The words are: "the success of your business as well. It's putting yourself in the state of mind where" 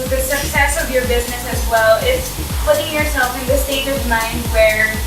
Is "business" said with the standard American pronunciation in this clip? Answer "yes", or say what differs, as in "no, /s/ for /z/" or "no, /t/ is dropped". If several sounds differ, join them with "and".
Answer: yes